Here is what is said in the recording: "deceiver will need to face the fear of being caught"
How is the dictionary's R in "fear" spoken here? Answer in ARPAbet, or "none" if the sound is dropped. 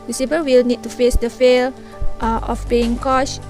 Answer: L